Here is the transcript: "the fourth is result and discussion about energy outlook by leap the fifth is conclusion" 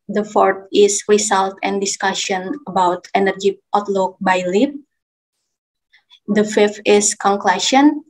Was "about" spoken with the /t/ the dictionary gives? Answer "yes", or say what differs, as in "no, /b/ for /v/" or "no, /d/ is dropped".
yes